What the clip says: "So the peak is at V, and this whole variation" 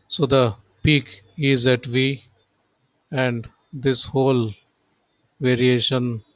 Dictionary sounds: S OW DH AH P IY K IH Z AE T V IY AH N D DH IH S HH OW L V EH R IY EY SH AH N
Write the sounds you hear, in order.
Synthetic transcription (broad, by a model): S OW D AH P IY K IH Z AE T V IY AH N D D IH S HH OW L V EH R IY EY SH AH N